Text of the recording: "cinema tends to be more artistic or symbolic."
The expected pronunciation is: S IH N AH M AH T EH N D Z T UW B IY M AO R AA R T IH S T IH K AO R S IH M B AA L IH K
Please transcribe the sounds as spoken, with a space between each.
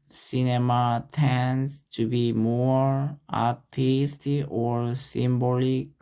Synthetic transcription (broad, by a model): S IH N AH M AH T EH N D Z T UW B IY M AO R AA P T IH S T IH AO R S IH M B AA L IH K